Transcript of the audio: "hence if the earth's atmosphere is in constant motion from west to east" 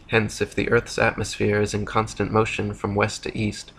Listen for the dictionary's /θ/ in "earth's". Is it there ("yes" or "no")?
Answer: yes